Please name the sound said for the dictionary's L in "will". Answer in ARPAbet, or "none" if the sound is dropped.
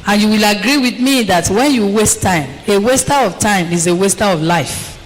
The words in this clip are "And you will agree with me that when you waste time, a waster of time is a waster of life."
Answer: L